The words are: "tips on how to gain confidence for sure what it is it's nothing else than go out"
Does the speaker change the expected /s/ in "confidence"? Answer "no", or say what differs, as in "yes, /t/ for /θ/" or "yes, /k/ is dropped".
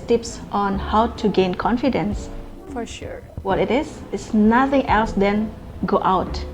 no